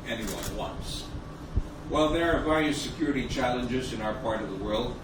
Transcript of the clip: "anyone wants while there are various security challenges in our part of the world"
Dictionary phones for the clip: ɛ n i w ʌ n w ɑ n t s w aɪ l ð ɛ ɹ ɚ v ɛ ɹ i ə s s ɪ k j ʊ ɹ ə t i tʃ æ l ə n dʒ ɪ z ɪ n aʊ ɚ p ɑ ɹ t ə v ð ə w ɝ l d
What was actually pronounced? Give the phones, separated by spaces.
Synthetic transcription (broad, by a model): ɛ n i w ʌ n w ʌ n s w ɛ l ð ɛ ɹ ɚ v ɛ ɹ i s s ɪ k j ʊ ɹ ə t i tʃ æ l ə n dʒ ɪ z ɪ n aʊ ɚ p ɑ ɹ t ə v ð ə w ɝ l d